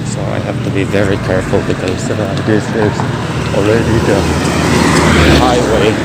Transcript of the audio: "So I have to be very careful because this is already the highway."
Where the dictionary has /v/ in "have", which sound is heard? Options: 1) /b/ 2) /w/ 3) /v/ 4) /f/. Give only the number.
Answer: 4